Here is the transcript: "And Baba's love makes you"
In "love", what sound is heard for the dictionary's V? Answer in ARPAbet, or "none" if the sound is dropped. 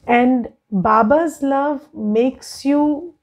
V